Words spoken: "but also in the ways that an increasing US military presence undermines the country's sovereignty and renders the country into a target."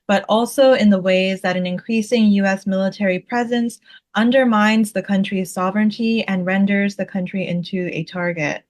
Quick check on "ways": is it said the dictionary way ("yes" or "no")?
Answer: yes